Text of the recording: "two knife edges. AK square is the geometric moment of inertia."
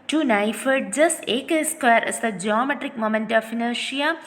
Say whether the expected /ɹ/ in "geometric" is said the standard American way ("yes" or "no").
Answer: yes